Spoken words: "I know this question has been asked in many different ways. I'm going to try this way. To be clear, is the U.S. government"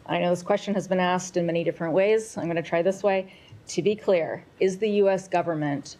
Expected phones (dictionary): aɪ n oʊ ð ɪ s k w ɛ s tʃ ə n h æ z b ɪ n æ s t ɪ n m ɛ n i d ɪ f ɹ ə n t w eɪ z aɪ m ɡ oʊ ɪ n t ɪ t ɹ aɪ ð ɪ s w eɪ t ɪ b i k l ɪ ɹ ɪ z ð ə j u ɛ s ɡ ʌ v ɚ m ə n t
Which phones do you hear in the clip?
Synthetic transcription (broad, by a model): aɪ n oʊ ð ɪ s k w ɛ s tʃ ə n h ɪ z b ɪ n æ s t ɪ n m ɛ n i d ɪ f ɹ ə n t w eɪ z aɪ m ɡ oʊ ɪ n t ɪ t ɹ aɪ ð ɪ s w eɪ t ɪ b i k l ɪ ɹ ɪ z ð ə j u ɛ s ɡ ʌ v ɚ m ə n t